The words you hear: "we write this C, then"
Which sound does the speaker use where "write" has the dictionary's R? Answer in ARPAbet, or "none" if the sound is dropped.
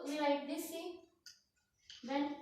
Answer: L